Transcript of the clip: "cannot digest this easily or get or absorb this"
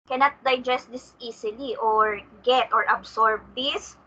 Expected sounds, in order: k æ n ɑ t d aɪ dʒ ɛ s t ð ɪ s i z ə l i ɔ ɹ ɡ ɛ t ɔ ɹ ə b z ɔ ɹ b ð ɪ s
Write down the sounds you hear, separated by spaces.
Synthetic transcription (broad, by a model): k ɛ n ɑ t d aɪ dʒ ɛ s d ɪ s i s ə l i ɔ ɹ ɡ ɛ t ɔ ɹ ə b s ɔ ɹ b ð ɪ s